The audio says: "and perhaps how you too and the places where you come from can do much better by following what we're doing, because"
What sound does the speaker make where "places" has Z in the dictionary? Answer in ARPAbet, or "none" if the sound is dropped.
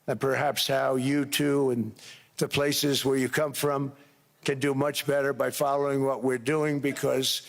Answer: Z